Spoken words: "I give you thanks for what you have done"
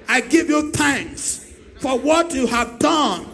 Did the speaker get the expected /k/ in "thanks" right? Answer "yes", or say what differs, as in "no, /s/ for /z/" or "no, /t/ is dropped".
yes